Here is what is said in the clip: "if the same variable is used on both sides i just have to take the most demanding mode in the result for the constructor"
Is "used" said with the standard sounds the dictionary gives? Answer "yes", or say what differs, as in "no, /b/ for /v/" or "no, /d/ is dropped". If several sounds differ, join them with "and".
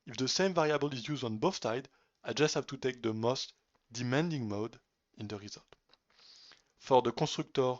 yes